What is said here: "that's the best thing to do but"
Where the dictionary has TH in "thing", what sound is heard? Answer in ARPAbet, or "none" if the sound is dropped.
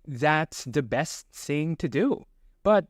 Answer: TH